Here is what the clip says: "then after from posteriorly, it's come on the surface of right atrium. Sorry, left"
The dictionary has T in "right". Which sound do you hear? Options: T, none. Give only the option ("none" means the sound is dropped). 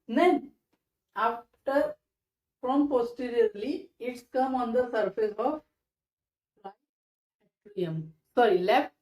none